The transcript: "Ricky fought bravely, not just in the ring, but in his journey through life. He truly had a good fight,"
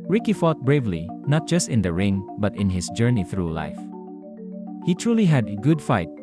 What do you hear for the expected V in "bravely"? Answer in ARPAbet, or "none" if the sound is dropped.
V